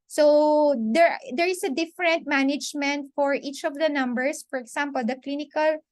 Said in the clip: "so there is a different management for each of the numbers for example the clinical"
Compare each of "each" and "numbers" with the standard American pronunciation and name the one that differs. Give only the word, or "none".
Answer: numbers